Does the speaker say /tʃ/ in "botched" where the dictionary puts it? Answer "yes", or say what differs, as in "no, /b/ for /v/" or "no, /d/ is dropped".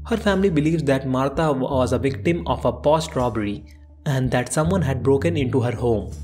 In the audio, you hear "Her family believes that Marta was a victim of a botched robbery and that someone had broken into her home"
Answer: no, /s/ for /tʃ/